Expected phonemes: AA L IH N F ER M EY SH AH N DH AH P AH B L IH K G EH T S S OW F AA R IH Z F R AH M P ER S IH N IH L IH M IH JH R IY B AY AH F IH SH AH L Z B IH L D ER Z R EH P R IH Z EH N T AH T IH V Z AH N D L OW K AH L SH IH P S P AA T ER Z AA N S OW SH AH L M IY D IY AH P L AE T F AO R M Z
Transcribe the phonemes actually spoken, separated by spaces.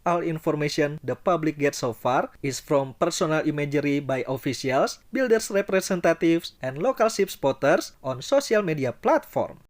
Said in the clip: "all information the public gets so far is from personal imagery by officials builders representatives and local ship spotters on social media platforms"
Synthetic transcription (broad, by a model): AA L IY N F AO M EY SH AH N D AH P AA B L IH K G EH T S S OW F AA R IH S F R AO M P ER S IH N IH L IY M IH JH R IY B AY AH F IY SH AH L S B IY L D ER S R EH P R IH S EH N T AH T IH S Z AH N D L OW K AH L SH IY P S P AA T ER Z AA N S OW S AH L M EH D IY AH P L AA T F AO R M